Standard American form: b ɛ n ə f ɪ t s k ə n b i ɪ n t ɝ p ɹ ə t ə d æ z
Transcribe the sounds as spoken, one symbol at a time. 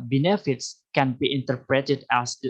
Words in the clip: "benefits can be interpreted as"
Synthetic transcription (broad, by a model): b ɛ n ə f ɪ t s k ə n b i ɪ n t ɝ p ɹ ə t ə d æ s